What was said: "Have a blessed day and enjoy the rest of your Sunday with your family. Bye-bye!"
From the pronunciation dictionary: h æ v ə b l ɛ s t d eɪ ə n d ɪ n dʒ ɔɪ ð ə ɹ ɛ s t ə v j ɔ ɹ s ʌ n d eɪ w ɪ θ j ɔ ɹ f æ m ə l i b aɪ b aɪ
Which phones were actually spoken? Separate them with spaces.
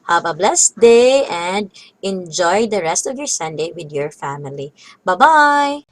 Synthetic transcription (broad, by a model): h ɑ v ə b l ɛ s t d eɪ ə n d ɪ n dʒ ɔɪ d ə ɹ ɛ s t ə v j ɔ ɹ s ʌ n d eɪ w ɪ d j ɔ ɹ f æ m ə l i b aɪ b aɪ